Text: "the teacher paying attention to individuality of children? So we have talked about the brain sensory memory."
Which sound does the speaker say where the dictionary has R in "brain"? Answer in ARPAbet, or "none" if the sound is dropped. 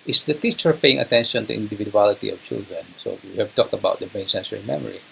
none